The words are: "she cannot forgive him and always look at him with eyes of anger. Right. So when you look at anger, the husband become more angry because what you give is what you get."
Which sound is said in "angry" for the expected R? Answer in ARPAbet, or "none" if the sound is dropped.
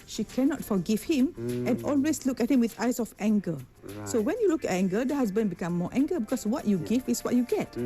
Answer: none